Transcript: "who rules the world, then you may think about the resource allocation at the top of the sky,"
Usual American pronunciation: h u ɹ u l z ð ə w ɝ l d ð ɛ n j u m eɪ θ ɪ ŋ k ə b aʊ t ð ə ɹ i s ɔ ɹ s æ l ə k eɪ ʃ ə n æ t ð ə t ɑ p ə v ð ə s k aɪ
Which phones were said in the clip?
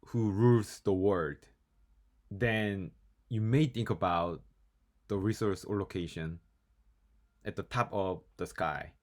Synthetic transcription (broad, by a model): h u ɹ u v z ð ə w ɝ d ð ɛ n j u m eɪ θ ɪ ŋ k ə b aʊ t ð ə ɹ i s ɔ ɹ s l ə k eɪ ʃ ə n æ t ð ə t ɑ p ə v ð ə s k aɪ